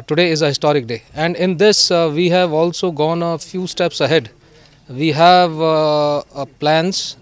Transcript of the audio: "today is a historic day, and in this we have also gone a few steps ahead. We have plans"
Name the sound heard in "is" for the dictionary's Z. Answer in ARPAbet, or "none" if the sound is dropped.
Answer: Z